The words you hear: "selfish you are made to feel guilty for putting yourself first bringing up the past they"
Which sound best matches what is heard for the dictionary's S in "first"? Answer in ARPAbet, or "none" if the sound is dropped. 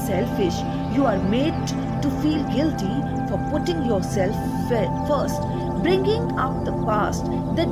S